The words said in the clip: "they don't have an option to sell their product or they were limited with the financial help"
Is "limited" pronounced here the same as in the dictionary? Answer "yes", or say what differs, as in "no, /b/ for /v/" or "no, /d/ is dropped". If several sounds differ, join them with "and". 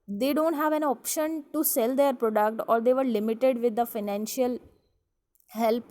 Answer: yes